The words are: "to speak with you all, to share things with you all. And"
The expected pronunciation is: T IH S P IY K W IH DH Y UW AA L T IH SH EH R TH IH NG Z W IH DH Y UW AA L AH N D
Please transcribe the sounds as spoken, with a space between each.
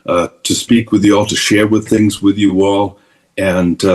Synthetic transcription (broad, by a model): T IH S P IY K W IH DH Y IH AA L T IH SH EH R TH IH NG Z W IH DH Y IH AA L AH N